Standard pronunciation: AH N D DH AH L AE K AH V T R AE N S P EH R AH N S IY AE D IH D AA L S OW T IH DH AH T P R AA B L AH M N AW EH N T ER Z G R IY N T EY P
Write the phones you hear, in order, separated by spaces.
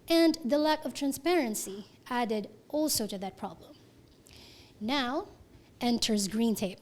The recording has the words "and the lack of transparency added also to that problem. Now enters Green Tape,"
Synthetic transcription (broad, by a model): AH N DH AH L AE K AH V T R AE N S P EH R AH N S IY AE D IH D AA L S OW T IH DH AH T P R AA B L AH M N AW EH N T ER Z G R IY N T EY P